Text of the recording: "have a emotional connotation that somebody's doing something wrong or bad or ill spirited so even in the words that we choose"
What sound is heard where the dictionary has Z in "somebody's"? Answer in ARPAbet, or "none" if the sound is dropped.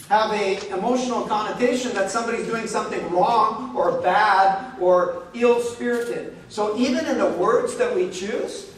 Z